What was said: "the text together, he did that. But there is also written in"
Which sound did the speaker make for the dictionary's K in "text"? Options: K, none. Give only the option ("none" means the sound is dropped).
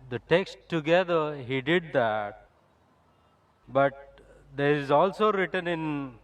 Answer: K